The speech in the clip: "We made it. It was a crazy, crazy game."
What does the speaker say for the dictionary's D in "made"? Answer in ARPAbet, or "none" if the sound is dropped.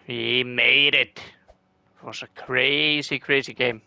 none